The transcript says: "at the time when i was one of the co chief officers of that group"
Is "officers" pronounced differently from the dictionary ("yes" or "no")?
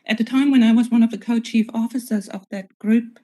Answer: no